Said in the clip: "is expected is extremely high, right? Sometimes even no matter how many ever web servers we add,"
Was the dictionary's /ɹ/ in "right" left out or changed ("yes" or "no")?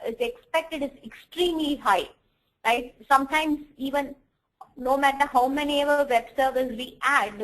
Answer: yes